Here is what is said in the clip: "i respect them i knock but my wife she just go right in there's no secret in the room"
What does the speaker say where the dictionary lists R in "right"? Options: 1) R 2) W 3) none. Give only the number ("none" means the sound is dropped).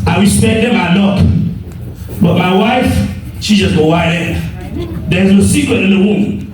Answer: 2